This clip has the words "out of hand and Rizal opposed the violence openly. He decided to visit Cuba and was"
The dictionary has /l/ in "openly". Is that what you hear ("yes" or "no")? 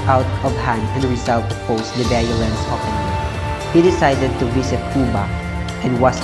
no